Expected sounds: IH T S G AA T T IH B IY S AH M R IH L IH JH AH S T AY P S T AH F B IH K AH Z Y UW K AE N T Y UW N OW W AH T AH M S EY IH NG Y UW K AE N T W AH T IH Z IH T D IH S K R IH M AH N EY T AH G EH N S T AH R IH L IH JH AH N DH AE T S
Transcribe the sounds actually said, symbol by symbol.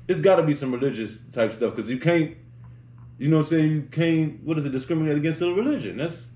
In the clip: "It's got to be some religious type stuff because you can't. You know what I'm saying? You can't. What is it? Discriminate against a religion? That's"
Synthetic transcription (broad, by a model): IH T S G AA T T IH B IY S AH M R IH L IH JH AH S T AY P S T AH F K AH Z Y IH K AE N T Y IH N OW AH S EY IH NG Y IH K AE N T W AH T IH Z IH T D IH S K R IH M AH N EY T AH G EH N S T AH R IH L IH JH AH N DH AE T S